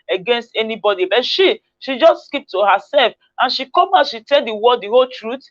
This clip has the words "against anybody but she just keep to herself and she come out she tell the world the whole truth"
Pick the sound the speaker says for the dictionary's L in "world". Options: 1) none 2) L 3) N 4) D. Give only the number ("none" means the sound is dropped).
1